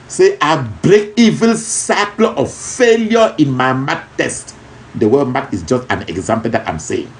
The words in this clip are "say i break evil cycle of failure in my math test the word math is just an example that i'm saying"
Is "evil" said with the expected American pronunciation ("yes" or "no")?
yes